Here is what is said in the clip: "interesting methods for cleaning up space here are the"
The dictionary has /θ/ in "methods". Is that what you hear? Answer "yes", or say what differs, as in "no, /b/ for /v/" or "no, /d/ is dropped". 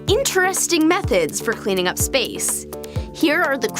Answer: yes